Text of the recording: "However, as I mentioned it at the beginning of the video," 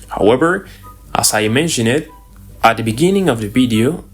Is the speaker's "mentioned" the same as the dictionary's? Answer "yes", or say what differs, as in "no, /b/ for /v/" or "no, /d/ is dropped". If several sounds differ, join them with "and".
no, /d/ is dropped